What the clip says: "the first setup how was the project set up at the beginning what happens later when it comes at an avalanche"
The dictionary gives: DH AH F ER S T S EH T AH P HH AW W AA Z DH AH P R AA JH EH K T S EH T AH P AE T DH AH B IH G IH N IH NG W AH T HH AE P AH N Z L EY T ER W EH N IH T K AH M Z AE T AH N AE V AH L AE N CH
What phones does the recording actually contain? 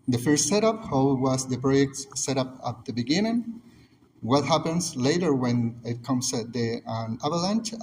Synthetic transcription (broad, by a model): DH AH F ER S T S EH T AH P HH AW W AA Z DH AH P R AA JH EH K T S EH T AH P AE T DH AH B IH G IH N IH NG W AH T HH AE P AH N S L EY T ER W EH N IH T K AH M S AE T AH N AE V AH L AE N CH